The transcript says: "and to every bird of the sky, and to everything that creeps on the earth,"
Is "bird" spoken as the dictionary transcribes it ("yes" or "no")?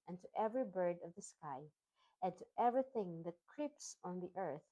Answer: yes